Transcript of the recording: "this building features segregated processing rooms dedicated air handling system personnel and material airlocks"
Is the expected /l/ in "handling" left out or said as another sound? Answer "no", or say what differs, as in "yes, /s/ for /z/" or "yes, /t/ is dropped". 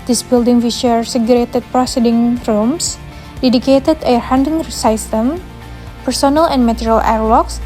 yes, /l/ is dropped